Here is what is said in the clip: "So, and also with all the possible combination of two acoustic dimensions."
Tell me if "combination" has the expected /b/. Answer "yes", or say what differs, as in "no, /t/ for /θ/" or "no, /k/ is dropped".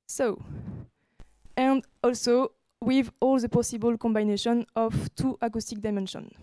yes